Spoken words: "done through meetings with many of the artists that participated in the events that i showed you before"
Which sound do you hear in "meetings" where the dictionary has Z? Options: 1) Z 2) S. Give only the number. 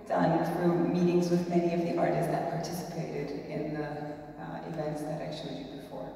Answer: 1